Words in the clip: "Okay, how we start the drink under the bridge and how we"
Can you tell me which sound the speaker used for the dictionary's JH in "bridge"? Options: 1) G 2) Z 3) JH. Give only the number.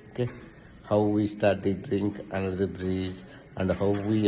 2